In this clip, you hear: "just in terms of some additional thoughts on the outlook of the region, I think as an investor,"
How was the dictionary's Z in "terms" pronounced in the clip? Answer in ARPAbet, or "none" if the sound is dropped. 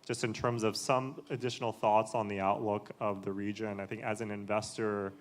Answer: Z